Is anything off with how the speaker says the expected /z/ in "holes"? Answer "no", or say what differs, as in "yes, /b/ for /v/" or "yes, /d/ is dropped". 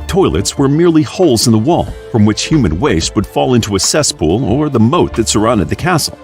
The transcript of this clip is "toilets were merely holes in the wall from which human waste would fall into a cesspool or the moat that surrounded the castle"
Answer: no